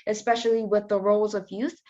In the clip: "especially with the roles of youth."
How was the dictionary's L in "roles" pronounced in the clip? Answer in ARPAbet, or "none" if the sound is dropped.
L